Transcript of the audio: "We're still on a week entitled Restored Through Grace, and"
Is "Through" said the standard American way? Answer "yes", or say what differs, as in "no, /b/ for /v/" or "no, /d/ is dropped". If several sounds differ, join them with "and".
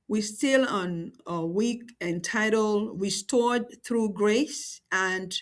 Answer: yes